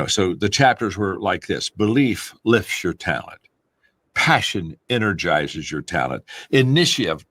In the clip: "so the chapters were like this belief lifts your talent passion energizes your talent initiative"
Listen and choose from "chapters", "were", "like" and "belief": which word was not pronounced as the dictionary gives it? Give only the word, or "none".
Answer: none